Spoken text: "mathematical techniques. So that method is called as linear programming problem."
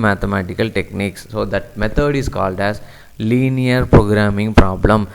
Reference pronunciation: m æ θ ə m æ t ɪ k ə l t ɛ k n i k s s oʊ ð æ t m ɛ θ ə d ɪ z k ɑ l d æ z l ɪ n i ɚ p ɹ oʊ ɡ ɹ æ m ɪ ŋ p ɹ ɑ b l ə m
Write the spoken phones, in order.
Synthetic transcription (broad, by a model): m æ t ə m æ t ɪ k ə l t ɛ k n i k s s oʊ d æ t m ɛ t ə d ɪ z k ɑ l d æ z l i n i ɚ p ɹ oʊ ɡ ɹ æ m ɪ ŋ p ɹ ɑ b l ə m